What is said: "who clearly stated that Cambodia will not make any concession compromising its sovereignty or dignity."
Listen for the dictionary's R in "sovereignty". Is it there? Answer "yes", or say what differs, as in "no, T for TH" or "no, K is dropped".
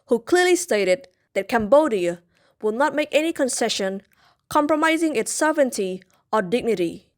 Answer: no, R is dropped